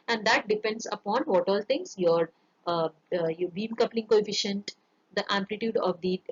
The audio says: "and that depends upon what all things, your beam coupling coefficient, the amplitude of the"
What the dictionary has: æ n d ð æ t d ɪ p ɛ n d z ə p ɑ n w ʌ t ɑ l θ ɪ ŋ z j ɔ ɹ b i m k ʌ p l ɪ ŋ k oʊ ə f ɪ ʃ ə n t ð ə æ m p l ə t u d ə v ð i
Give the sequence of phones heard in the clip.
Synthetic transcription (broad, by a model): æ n d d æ t d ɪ p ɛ n d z ə p ɑ n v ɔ t ɑ l t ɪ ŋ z j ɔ ɹ b i m k ʌ p l ɪ ŋ k oʊ ə f ɪ ʃ ə n t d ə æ m p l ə t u d ə v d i